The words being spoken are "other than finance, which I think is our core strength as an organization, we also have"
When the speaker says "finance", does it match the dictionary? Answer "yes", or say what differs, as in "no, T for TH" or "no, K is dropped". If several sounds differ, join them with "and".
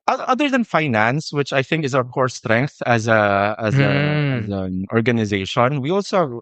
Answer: yes